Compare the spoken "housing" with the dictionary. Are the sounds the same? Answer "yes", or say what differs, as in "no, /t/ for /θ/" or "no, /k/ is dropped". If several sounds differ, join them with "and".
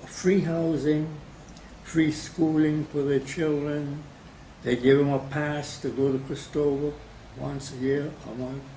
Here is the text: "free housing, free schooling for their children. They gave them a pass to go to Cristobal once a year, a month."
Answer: yes